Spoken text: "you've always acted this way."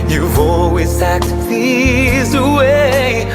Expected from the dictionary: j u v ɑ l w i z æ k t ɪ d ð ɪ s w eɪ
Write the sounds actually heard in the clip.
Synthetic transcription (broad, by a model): j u v ɑ l w i z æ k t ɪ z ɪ w eɪ